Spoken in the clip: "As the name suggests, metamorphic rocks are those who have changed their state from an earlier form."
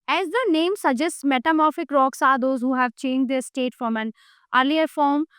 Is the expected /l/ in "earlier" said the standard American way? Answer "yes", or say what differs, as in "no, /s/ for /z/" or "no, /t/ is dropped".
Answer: yes